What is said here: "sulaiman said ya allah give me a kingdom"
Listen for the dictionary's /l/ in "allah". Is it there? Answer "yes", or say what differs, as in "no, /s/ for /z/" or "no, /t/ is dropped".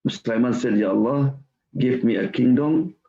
yes